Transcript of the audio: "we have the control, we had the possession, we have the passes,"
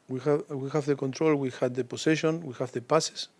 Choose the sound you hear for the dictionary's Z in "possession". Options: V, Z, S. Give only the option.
S